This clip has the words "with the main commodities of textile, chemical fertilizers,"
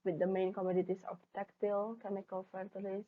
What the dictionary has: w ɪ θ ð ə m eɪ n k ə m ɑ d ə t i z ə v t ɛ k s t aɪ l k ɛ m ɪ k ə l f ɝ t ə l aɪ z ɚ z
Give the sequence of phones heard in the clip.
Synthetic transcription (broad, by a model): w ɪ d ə m eɪ n k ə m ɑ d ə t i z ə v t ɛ k t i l k ɛ m ɪ k ə l f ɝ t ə l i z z